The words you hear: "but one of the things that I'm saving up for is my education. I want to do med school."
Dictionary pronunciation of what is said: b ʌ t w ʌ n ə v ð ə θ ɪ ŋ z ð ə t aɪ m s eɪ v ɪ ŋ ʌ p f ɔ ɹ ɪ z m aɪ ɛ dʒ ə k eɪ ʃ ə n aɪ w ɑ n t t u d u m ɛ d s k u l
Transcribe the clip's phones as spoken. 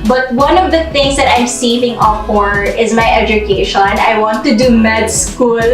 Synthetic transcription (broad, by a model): b ʌ t w ʌ n ə v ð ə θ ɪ ŋ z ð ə t aɪ m s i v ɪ ŋ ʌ f f ɔ ɹ ɪ z m aɪ ɛ dʒ ə k eɪ ʃ ə n aɪ w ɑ n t t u d u m ɛ d s k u l